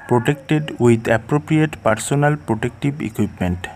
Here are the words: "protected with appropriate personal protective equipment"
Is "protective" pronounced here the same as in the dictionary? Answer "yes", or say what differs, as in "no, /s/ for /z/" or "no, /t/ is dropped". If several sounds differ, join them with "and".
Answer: no, /b/ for /v/